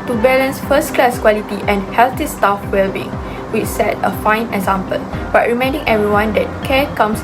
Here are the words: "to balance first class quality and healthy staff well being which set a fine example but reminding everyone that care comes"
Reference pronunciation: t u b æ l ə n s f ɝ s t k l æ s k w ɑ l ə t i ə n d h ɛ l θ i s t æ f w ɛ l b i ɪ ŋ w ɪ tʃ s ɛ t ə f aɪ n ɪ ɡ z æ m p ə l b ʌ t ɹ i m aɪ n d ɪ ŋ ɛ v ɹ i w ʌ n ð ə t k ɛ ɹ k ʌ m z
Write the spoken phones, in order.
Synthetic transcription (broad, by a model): t u b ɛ l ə n s f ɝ s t k l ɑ s k w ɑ l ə t i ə n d h ɛ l t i s t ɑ f w ɛ l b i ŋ w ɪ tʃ s ɛ t ə f aɪ n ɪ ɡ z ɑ m p ə l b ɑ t ɹ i m aɪ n d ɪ ŋ ɛ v ɹ i w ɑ n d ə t k ɛ k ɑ m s